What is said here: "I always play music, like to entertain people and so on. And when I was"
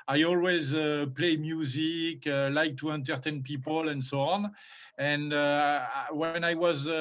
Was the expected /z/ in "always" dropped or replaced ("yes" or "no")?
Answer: no